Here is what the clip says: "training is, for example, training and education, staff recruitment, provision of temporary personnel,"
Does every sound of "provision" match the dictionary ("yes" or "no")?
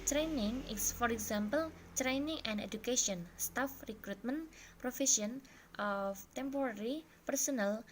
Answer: no